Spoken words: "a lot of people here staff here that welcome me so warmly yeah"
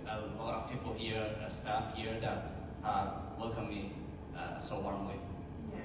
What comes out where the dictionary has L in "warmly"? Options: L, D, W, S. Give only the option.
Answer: W